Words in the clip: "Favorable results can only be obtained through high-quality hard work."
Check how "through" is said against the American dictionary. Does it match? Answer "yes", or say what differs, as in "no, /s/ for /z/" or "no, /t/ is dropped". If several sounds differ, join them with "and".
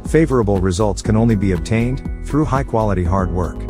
yes